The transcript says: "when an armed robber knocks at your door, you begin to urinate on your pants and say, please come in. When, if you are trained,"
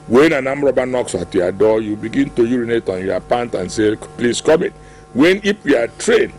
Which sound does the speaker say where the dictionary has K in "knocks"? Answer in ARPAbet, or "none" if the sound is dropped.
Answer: K